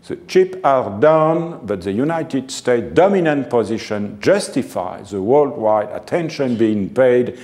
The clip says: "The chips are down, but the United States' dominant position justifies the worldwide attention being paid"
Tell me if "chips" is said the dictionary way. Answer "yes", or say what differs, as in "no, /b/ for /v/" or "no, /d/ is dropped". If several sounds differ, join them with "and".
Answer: no, /s/ is dropped